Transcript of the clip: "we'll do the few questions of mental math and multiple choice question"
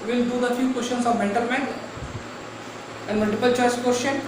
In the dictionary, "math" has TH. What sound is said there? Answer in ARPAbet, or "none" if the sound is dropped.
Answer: T